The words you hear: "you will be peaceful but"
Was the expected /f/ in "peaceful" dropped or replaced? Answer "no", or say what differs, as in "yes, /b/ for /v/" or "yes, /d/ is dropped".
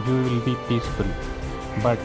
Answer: yes, /p/ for /f/